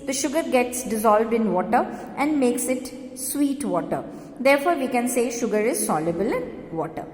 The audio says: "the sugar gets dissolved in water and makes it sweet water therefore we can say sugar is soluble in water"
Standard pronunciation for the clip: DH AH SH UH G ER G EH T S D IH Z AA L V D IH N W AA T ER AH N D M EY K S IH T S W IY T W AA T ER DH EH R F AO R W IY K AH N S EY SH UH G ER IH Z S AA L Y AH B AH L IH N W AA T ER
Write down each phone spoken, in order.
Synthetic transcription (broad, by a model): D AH SH UH G ER G EH T S D IH Z AA L V D IH N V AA T ER AH N D M EY K S IH T S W IY T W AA T ER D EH R F AO R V IY K AH N S EY SH UH G ER IH Z S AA L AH B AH L IH N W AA T ER